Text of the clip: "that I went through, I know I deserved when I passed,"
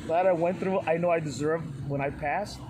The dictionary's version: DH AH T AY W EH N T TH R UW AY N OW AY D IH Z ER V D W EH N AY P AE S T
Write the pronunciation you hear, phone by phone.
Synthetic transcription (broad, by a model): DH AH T AY W EH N TH R UW AY N OW AY D IH Z ER V D W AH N AY P AE S T